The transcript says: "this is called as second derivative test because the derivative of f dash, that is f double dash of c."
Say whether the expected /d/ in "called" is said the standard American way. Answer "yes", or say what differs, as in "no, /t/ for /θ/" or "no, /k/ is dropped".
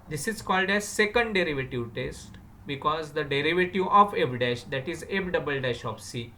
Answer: yes